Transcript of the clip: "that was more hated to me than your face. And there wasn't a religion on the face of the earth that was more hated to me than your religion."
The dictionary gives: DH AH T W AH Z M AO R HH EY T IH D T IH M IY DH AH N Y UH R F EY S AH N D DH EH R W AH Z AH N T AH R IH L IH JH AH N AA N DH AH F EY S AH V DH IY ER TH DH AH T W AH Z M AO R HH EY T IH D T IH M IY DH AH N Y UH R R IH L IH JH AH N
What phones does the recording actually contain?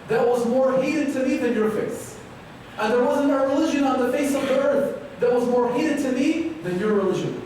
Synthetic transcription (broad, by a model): DH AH T W AH Z M AO R HH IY T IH D T IH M IY DH AH N Y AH R F EY S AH N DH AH R W AH Z AH N T AH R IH L IH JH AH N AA N DH AH F EY S AH V DH IY ER TH DH AH T W AH Z M AO R HH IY T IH D T IH M IY DH AH N Y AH R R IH L IH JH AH N